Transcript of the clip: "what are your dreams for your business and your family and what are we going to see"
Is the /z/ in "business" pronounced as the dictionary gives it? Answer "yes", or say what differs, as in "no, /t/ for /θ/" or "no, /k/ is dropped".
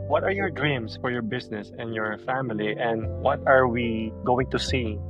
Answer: no, /s/ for /z/